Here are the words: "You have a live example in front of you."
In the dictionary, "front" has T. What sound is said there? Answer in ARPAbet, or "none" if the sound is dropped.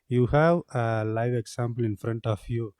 T